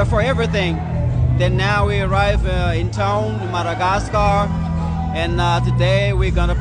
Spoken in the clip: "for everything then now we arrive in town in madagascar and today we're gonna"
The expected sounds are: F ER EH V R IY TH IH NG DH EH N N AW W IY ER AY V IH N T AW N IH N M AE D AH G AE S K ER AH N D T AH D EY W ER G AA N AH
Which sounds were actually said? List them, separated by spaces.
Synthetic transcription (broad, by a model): F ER EH V R IY TH IH NG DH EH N N AW W IY ER AY V IH N T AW IH N M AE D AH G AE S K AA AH N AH T AH D EY W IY G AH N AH